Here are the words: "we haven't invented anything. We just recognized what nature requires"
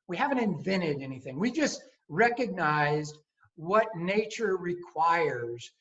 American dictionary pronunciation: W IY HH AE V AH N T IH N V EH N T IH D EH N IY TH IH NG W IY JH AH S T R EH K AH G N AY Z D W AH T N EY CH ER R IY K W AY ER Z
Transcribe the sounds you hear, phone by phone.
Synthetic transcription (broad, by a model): W IY HH AE V AH N T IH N V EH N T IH D EH N IY TH IH NG W IY JH AH S T R EH K AH G N AY Z D W AH T N EY CH ER R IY K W AY ER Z